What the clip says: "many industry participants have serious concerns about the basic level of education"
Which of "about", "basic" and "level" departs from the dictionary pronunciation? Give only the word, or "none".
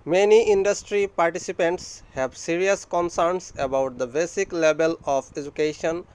level